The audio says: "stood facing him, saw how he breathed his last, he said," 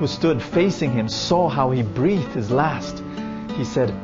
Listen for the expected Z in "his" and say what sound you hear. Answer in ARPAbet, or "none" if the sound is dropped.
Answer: Z